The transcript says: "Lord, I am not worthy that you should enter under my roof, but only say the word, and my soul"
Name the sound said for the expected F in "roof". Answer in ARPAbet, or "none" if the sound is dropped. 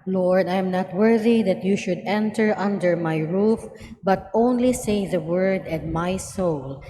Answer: F